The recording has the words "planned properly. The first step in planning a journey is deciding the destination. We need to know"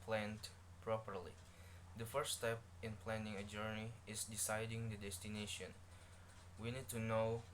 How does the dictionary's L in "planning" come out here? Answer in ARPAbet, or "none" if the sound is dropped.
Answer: L